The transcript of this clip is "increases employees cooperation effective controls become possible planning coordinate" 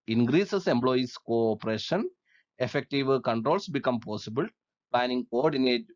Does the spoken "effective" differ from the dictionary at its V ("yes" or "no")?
no